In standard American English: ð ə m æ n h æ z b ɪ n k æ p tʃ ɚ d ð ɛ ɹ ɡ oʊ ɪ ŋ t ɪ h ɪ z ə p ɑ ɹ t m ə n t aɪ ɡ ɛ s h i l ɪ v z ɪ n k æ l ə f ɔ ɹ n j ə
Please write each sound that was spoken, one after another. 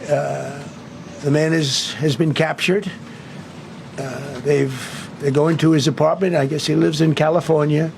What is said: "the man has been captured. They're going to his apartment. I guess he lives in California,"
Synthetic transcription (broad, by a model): ð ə m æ n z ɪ z b ɪ n k æ p tʃ ɚ d ð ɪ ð ɡ oʊ ɪ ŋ t ɪ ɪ z ə p ɑ ɹ t m ə n t aɪ ɡ ɛ s h i l ɪ v z ɪ n k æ l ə f ɔ ɹ n j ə